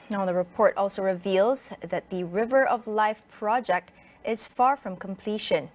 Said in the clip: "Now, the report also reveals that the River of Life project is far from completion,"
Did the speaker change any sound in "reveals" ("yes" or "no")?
no